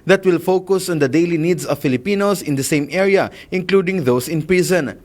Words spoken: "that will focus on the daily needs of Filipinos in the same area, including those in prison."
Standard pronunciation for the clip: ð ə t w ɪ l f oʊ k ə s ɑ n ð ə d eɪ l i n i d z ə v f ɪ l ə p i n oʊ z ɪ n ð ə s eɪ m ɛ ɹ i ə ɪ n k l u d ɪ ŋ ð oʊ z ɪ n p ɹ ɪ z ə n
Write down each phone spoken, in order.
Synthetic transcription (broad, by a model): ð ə t w ɪ l f oʊ k ə s ɑ n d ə d eɪ l i n i d s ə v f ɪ l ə p i n oʊ s ɪ n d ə s eɪ m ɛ ɹ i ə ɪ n k l u d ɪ ŋ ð oʊ s ɪ n p ɹ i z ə n